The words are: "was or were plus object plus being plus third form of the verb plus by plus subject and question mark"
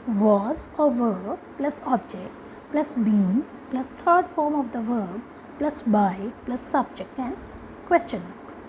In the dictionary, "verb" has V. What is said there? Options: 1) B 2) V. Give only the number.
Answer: 2